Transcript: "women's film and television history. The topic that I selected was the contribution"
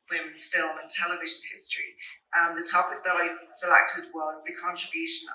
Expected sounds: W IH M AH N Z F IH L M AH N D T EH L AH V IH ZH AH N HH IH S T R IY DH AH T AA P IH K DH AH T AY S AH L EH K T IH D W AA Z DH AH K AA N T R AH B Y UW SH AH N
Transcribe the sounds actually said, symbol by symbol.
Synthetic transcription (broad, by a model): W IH M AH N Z F IH L M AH N T EH L AH V IH ZH AH N HH IH S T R IY DH AH T AA P IH K DH AH T AY S AH L EH K T IH D W AA Z DH AH K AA N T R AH B Y UW SH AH N